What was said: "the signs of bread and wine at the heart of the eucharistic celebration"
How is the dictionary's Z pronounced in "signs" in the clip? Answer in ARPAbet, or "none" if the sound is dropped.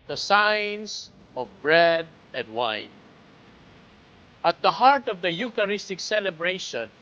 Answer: S